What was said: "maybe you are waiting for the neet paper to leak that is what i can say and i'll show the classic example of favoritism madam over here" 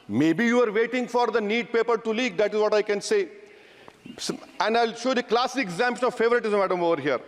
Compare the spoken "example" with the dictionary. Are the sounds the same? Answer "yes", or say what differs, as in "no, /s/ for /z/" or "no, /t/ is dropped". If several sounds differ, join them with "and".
no, /n/ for /l/